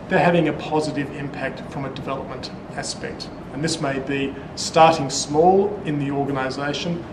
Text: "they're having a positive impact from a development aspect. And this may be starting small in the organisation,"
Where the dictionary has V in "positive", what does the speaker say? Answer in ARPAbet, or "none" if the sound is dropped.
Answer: V